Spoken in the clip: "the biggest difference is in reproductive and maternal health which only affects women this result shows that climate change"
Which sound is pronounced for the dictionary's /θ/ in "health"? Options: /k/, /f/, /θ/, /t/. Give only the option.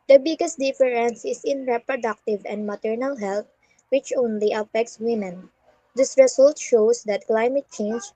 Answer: /t/